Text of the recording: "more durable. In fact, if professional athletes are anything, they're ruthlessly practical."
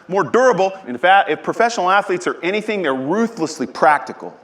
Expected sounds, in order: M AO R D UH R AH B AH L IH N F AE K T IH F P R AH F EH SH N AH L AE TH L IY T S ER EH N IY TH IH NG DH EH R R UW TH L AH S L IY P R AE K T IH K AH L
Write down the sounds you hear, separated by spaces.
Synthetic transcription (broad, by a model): M AO R D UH R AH B L IH N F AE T IH F P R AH F EH SH N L AE TH L IY T S ER EH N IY TH IH NG DH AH R R UW TH L AH S L IY P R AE K T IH K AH L